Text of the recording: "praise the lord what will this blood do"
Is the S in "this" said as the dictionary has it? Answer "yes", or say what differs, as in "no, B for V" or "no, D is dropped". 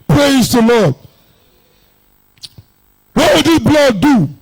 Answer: no, S is dropped